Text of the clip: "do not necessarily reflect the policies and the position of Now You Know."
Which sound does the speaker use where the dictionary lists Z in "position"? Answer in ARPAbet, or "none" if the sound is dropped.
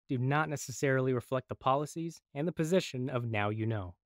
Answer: Z